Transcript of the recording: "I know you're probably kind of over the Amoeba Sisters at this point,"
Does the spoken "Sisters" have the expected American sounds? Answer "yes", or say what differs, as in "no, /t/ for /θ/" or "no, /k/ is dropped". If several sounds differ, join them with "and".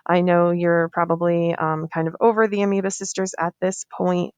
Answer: yes